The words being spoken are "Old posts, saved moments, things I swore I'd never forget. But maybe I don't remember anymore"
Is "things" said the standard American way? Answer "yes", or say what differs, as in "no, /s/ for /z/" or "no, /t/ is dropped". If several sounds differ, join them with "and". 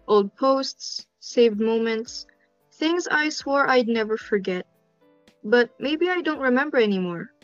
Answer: yes